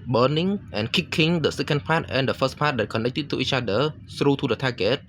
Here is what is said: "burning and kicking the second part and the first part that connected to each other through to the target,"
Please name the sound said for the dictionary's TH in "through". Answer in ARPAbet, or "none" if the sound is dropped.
S